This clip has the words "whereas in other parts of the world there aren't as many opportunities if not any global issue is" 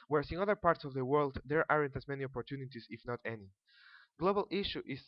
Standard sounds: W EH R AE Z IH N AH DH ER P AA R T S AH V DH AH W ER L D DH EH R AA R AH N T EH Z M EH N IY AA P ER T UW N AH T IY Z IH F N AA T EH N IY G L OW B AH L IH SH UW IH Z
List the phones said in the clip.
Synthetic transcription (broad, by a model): W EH R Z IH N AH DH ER P AA R T S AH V DH AH W ER L D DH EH R AA R AH N T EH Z M EH N IY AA P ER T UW N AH T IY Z IH F N AA T EH N IY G L OW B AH L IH SH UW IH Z